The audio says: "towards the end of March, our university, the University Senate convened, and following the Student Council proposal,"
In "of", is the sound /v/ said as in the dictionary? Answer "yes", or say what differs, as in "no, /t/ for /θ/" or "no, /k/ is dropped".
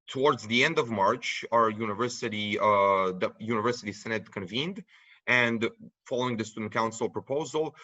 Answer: yes